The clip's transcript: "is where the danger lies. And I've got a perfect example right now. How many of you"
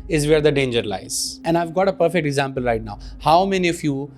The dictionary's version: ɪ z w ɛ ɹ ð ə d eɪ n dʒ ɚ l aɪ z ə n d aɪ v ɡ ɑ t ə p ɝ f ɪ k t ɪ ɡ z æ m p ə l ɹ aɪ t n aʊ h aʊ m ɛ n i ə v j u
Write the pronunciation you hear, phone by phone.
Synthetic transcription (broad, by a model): ɪ z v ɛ ɹ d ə d eɪ n dʒ ɚ l aɪ z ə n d aɪ v ɡ ɑ t ə p ɝ f ɪ k t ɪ ɡ z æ m p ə l ɹ aɪ t n aʊ h aʊ m ɛ n i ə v j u